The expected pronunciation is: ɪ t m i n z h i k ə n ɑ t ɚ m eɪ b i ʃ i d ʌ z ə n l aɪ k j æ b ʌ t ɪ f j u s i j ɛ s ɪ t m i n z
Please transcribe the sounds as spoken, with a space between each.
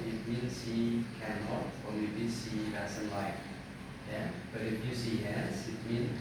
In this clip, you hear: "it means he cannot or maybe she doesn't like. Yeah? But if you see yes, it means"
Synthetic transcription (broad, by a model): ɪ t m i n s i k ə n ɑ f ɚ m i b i s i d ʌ s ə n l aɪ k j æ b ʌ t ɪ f j u s i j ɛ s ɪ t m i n